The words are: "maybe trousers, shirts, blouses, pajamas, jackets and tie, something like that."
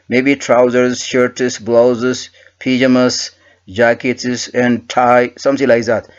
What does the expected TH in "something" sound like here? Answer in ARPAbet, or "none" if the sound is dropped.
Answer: S